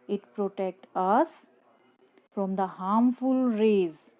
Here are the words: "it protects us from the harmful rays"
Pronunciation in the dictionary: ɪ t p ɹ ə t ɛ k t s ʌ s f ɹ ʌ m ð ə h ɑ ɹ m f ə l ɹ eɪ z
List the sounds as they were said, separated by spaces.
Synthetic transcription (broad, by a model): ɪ t p ɹ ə t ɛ k t ʌ s f ɹ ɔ m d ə h ɑ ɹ m f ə l ɹ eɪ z